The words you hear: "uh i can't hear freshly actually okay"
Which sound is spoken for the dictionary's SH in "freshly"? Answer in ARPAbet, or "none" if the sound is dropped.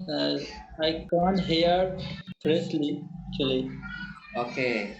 S